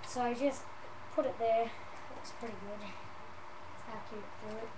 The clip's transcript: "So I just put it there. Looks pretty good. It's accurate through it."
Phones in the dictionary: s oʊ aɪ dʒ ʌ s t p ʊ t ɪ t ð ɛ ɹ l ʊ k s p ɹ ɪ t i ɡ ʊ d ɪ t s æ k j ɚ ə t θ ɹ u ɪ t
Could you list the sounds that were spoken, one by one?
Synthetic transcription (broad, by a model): s oʊ aɪ dʒ ʌ s t p ʊ t ɪ t ð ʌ ɹ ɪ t s p ɹ ɪ t i ɡ ʊ d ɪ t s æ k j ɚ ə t f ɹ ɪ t